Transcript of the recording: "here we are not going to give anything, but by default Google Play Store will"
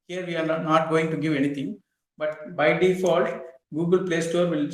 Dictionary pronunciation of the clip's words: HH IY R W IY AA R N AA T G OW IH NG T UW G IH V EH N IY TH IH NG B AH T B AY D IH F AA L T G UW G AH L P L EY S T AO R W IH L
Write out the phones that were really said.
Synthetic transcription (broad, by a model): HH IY R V IY AA R N AA T G OW IH NG T UW G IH V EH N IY T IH NG B AH T B AY D IH F AA L T G UW G AH L P L EY S T AO R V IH L